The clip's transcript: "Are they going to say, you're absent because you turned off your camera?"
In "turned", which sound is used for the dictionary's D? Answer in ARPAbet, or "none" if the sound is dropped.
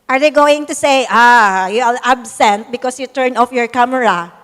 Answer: none